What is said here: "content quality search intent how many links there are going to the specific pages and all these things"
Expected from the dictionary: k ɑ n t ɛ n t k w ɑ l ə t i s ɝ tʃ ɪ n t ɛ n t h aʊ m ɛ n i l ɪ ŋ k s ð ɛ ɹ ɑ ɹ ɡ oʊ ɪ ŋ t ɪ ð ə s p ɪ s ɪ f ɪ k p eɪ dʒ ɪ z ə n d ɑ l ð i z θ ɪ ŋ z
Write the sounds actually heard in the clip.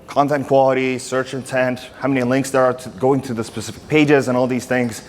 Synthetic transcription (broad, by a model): k ɑ n t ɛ n k w ɑ l ə t i s ɝ tʃ ɪ n t ɛ n t h aʊ m ɛ n i l ɪ ŋ k s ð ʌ ɹ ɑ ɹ ɡ oʊ ɪ ŋ t ɪ ð ə s p ɪ s ɪ f ɪ k p eɪ dʒ ɪ z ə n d ɑ l ð i z θ ɪ ŋ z